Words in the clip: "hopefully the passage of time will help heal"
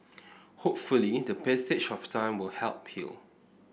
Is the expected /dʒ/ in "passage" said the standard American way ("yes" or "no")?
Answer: no